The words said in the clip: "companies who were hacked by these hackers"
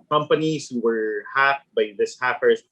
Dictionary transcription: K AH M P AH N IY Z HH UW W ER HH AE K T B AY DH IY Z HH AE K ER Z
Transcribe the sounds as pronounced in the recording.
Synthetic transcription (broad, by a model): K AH M P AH N IY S HH UW W ER HH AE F B AY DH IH S HH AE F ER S